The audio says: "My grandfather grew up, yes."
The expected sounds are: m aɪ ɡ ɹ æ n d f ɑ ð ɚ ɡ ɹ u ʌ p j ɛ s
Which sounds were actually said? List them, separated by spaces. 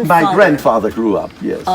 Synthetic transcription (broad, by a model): m aɪ ɡ ɹ æ n d f ɑ ð ɚ ɡ ɹ u ʌ p j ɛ s